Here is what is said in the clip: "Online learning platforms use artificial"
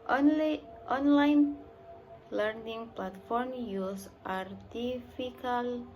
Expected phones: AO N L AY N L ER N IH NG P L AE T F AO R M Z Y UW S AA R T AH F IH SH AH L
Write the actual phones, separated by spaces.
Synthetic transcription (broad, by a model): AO N L AY N L ER N IH NG P L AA T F AO R M Y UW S AA R T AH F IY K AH L